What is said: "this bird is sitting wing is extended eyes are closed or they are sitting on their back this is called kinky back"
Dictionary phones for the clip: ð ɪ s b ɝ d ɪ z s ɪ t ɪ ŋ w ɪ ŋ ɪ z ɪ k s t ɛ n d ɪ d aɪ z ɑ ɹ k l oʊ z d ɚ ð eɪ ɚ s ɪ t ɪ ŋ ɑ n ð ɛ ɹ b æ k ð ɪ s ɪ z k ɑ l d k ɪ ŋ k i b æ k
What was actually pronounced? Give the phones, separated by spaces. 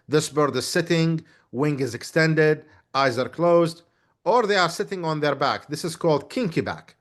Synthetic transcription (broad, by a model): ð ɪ s b ɝ d ɪ z s ɪ t ɪ ŋ w ɪ ŋ ɪ z ɪ k s t ɛ n d ɪ d aɪ z ɑ ɹ k l oʊ z d ɚ ð eɪ ɚ s ɪ t ɪ ŋ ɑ n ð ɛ ɹ b æ k ð ɪ s ɪ z k ɑ l d k ɪ ŋ k i b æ k